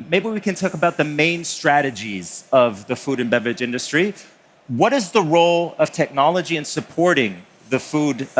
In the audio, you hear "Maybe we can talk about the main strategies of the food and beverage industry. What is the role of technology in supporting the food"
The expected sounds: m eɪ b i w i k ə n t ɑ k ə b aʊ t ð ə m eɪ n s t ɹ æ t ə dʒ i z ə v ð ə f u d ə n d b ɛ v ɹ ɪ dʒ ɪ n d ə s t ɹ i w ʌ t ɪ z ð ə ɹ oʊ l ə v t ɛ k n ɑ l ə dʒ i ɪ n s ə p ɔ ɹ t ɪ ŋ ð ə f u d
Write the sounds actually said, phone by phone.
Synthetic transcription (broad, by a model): m eɪ b i w i k ə n t ɑ k ə b aʊ t ð ə m eɪ n s t ɹ æ t ə dʒ i z ə v ð ə f u d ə n b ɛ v ɪ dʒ ɪ n d ə s t ɹ i w ʌ t ɪ z ð ə ɹ oʊ l ə v t ɛ k n ɑ l ə dʒ i ɪ n s ə p ɔ ɹ t ɪ ŋ ð ə f u d